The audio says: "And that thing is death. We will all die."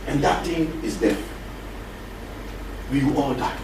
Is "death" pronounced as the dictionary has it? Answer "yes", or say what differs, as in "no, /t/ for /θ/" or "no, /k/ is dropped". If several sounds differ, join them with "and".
no, /f/ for /θ/